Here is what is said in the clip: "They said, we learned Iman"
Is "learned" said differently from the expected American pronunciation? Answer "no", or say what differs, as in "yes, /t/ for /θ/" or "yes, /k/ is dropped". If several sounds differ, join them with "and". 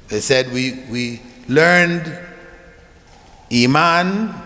no